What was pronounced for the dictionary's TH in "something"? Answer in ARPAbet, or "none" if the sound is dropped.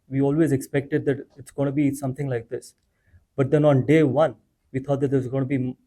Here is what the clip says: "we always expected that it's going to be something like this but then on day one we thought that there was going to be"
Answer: T